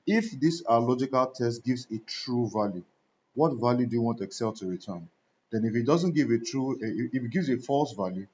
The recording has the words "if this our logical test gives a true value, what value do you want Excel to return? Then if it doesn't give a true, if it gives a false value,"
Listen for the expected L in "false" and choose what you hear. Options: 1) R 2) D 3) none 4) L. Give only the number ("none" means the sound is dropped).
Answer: 4